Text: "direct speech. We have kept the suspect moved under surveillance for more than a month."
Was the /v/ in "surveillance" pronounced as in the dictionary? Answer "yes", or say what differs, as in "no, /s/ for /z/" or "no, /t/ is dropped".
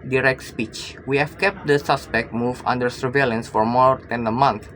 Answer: yes